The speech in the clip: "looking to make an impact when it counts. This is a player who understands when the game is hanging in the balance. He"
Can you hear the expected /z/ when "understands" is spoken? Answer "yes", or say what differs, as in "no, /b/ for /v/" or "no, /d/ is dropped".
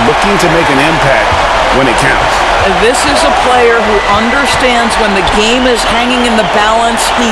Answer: yes